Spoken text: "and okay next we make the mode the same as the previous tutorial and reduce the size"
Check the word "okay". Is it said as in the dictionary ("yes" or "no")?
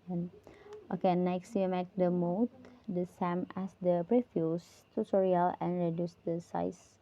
yes